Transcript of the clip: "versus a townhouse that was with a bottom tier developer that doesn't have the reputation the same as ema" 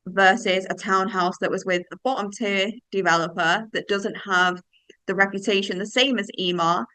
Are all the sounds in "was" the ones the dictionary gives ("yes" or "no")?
yes